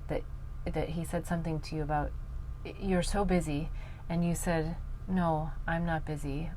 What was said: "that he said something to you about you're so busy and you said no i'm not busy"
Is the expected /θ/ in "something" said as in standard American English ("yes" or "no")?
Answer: yes